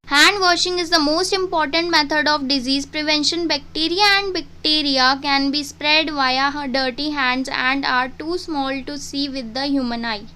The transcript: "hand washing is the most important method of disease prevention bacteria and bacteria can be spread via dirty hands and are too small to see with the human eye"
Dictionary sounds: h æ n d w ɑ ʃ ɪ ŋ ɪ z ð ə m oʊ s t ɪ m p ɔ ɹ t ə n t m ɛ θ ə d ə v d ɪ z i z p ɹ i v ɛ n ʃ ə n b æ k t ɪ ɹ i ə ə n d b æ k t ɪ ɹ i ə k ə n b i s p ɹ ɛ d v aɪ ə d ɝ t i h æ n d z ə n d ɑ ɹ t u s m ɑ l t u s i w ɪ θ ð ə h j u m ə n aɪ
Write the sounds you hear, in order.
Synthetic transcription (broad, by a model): h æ n d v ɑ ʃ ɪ ŋ ɪ z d ə m oʊ s t ɪ m p ɔ ɹ t ə n t m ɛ t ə d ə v d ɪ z i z p ɹ i v ɛ n ʃ ə n b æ k t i ɹ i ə ə n d b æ k t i ɹ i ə k ə n b i s p ɹ ɛ d v aɪ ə d ɝ t i h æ n d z ə n d ɑ ɹ t u s m ɑ l t u s i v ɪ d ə h j u m ə n aɪ